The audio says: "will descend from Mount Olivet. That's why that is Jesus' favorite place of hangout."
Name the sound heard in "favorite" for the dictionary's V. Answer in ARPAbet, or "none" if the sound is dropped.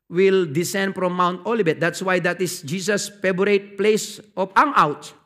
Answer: B